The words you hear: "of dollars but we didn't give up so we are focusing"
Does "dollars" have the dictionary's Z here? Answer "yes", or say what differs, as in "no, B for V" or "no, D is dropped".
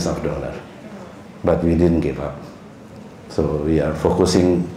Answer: no, Z is dropped